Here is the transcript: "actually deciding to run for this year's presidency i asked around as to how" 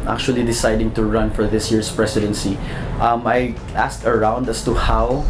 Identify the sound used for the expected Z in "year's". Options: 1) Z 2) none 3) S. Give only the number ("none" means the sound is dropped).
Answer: 3